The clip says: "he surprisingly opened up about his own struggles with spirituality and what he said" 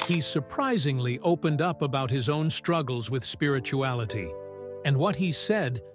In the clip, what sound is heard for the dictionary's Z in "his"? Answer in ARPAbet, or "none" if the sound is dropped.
Z